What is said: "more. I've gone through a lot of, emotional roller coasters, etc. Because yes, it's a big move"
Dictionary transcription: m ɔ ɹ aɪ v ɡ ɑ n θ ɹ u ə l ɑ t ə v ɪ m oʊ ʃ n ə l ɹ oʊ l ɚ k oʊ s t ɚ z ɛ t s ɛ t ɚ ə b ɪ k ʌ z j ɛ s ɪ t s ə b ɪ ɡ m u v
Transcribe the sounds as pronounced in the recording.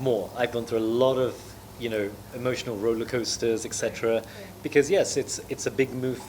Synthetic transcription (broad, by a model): m ɔ ɹ aɪ v ɡ ɑ n θ ɹ u ə l ɑ t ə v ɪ m oʊ ʃ n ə l ɹ oʊ l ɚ k oʊ s t ɚ z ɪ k s ɛ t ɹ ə b ɪ k ʌ z j ɛ s ɪ t s ə b ɪ ɡ m u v